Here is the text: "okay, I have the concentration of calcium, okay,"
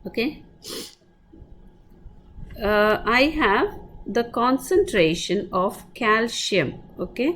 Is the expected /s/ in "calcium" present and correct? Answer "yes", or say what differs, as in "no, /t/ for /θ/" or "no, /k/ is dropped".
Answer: no, /ʃ/ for /s/